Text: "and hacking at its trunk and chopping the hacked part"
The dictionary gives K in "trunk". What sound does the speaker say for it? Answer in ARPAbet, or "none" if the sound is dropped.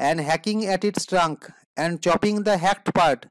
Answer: K